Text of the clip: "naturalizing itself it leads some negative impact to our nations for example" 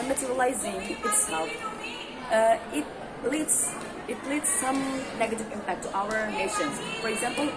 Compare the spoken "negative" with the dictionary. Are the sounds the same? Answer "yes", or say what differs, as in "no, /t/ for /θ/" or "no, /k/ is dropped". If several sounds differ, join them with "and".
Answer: yes